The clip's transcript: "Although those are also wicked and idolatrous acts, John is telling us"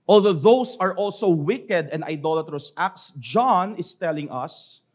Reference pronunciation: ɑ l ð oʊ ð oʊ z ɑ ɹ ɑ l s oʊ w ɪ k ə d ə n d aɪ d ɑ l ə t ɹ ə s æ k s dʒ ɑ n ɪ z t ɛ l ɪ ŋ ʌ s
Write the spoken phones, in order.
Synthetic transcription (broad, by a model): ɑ l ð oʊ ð oʊ s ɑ ɹ ɑ l s oʊ w ɪ k ə d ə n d aɪ d ɑ l ə t ɹ ə s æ k s dʒ ɑ n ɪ s t ɛ l ɪ ŋ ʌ s